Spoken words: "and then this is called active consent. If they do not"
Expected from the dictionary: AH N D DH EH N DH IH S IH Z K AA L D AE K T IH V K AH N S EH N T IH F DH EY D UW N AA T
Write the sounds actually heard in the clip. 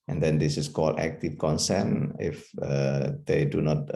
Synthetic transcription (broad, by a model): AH N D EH N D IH S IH S K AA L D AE K T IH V K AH N S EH N IH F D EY D UW N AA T